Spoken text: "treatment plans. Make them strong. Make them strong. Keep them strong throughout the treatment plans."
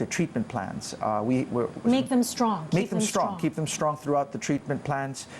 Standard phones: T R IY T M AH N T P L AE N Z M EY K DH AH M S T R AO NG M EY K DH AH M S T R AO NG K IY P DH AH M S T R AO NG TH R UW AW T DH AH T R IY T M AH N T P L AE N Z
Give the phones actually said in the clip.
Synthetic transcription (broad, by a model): T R IY T M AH N P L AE N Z M EY K DH AH M S T R AO NG M EY K DH AH M S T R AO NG K IY P DH AH M S T R AO NG TH R UW AW T DH AH T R IY T M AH N P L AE N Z